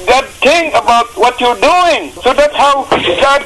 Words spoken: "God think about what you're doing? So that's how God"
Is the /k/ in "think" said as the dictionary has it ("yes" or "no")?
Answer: no